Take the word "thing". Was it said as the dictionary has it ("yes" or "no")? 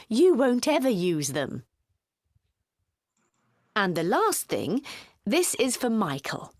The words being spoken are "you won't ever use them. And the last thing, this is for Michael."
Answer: yes